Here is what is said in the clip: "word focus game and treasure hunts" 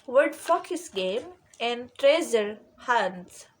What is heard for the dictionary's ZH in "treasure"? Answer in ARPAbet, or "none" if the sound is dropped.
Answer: Z